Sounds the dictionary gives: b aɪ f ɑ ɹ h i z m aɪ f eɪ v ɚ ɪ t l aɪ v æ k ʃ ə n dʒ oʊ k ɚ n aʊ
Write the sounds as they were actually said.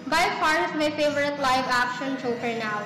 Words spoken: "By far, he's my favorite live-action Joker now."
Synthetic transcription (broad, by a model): b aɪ f ɑ ɹ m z m aɪ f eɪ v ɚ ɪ t l aɪ v æ k ʃ ə n tʃ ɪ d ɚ n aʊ